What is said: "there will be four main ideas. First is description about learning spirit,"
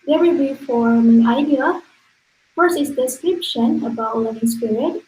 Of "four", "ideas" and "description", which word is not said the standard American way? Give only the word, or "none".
ideas